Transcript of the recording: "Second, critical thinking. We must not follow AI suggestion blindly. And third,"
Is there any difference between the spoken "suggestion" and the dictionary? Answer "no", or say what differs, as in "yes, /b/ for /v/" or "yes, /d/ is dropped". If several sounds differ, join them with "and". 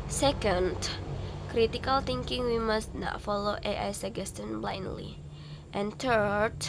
yes, /dʒ/ is dropped